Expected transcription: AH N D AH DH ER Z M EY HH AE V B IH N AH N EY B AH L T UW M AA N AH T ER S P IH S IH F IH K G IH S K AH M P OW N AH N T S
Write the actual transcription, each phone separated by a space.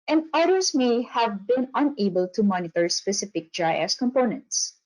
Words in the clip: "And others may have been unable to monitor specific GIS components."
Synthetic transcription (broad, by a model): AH N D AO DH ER S M EY HH AE V B IH N AH N EY B AH L T UW M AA N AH T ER S P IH S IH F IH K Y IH S K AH M P OW N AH N T S